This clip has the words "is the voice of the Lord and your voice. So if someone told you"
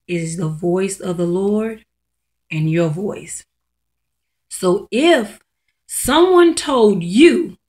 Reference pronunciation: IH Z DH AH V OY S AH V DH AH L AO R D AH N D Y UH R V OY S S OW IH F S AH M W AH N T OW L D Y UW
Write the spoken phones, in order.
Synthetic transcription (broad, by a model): IH Z DH AH V OY S AH V DH AH L AO R D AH N Y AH R V OY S S OW IH F S AH M W AH N T OW L D Y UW